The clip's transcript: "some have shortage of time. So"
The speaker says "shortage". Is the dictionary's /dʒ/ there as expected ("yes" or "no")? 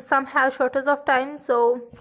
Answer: no